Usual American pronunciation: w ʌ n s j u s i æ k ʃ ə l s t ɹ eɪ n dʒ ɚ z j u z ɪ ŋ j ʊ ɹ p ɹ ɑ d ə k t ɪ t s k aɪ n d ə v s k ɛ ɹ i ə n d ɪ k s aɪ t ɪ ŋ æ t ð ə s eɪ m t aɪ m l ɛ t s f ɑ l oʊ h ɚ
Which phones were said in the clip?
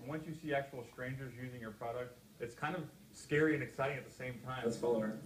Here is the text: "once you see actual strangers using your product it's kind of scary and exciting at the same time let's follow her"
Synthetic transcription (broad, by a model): w ʌ n s j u s i æ k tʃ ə l s t ɹ eɪ n dʒ ɚ z j u z ɪ ŋ j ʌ ɹ p ɹ ɑ d ə k t ɪ t s k aɪ n d ə v s k ɛ ɹ i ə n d ɪ k s aɪ t ɪ ŋ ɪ t ð ə s eɪ m t aɪ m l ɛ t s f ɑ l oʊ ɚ